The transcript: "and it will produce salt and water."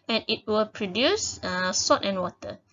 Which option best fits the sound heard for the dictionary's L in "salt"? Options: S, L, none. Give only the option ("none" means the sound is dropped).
none